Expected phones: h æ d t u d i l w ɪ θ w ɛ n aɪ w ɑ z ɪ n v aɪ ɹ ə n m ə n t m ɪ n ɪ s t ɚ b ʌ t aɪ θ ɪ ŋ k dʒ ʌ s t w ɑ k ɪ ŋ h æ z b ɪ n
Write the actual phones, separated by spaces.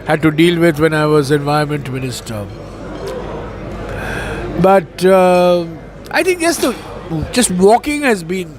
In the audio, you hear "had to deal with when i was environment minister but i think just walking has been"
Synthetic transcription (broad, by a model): h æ d t u d i l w ɪ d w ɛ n aɪ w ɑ z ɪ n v aɪ ə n m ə n t m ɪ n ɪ s t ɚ b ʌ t aɪ t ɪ ŋ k dʒ ʌ s t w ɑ k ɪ ŋ h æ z b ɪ n